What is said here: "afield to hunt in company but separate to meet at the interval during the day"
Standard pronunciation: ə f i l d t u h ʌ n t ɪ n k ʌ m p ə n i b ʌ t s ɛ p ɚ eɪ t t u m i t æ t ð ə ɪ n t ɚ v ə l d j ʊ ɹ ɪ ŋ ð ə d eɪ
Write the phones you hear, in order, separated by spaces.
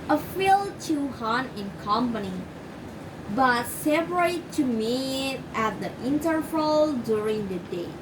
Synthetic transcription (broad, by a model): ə f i l t u h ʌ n ɪ n k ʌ m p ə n i b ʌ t s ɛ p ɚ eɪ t t u m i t æ t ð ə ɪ n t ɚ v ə l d j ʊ ɹ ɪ ŋ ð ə d eɪ